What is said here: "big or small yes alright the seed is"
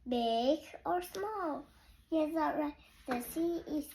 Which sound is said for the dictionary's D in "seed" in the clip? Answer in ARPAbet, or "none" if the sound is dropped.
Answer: none